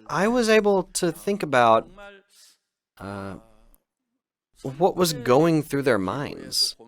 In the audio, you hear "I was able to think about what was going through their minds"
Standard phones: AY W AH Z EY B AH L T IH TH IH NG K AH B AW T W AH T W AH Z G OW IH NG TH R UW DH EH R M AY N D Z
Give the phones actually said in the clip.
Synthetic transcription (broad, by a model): AY W AH Z EY B L T IH TH IH NG K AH B AW T W AH T W AH Z G OW IH NG TH R UW DH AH R M AY N D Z